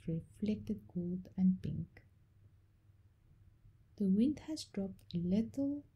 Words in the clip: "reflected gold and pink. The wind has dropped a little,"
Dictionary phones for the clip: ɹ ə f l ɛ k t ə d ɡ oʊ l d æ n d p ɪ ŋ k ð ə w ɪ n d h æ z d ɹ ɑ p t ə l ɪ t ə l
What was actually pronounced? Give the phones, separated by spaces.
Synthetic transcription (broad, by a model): ɹ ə f l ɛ k t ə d ɡ oʊ l d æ n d p ɪ ŋ k ð ə w ɪ n d h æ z d ɹ ɑ p t ə l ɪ t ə l